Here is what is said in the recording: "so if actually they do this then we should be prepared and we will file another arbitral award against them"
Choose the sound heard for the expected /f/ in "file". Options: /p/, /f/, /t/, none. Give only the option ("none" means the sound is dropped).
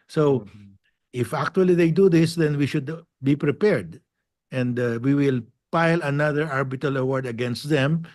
/p/